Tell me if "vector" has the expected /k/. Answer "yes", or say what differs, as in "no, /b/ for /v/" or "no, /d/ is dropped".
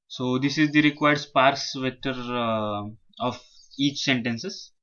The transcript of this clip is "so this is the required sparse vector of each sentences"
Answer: no, /k/ is dropped